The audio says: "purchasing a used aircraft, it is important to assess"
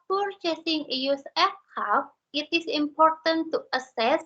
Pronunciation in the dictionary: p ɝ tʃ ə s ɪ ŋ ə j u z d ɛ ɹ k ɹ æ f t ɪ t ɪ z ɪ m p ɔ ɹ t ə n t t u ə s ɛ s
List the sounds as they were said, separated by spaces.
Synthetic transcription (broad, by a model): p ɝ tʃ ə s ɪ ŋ ə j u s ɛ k ɑ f ɪ t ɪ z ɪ m p ɔ ɹ t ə n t t u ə s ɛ s